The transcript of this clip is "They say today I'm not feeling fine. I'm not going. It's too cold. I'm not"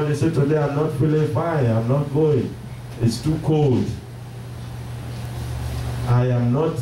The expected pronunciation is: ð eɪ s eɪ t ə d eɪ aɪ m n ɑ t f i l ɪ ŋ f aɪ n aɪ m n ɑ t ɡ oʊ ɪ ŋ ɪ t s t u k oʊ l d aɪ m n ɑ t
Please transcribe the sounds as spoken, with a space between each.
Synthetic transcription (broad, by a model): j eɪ s eɪ t ə d eɪ aɪ m n ɑ t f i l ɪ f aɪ aɪ m n ɑ t ɡ oʊ ɪ ŋ ɪ t s t u k oʊ l d aɪ m n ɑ t